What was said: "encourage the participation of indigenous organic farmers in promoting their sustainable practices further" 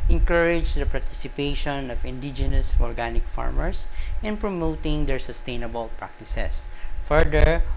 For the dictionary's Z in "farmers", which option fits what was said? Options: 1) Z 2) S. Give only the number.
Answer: 2